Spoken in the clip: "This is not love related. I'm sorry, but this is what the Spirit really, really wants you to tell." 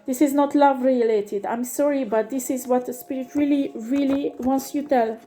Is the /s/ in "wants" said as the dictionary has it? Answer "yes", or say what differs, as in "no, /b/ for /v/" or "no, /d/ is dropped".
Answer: yes